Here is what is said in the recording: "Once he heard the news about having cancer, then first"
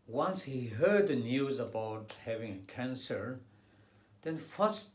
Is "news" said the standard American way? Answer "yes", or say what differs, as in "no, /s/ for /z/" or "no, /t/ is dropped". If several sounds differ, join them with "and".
yes